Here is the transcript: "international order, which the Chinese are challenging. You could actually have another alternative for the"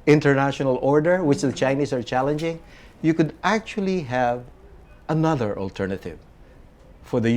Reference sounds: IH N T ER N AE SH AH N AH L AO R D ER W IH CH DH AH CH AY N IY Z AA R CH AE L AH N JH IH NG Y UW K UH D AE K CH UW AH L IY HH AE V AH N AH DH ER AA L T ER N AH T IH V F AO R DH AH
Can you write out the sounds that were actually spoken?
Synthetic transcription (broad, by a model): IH N T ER N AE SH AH N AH L AO R D ER W IH CH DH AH CH AY N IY S AA R CH AE L AH N JH IH NG Y UW K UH D AE K CH UW AH L IY HH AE V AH N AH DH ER AA L T ER N AH T IH V F AO R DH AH